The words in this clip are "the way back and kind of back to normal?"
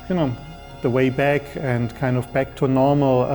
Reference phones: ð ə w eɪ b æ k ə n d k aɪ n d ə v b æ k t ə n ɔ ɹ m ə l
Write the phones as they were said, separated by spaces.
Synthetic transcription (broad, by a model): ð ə w eɪ b æ k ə n k aɪ n d ə v b æ k t ə n ɔ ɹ m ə l